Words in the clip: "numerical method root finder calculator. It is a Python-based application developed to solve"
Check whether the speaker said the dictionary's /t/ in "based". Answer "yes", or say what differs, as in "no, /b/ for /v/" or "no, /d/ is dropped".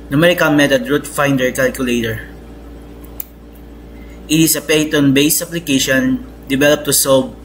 no, /t/ is dropped